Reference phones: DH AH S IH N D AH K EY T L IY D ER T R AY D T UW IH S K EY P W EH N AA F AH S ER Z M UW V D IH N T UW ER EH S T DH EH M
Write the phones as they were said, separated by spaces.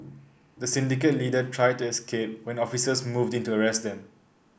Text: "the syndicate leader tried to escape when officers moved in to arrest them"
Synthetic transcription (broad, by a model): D AH S IH N D AH K EY T L IY D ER T R AY D T UW IH S K EY P W EH N AA F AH S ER S M UW V D IH N T UW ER EH S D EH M